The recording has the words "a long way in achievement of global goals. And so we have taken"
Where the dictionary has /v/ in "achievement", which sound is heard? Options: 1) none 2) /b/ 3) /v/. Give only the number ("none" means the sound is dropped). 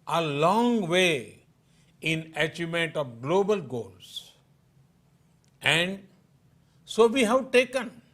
1